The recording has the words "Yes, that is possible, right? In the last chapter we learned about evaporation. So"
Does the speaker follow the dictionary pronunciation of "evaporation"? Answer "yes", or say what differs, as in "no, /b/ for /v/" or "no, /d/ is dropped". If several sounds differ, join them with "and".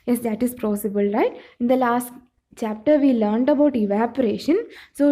yes